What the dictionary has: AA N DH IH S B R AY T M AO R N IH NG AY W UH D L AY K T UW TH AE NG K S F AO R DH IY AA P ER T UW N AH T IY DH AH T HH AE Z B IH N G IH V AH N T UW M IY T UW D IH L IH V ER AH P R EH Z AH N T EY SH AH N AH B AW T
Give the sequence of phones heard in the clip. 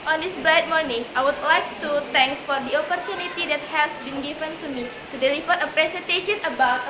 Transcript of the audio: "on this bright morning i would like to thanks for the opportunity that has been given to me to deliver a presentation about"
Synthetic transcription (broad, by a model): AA N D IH S B R AY T M AO R N IH NG AY W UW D L AY K T UW T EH NG K S F AO R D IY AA P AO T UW N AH T IY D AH T HH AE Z B IH N G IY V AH N T UW M IY T UW D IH L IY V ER AH P R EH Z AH N T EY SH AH N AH B AW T